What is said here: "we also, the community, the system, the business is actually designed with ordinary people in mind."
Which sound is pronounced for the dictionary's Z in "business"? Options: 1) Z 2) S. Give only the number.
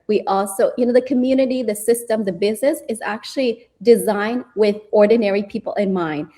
1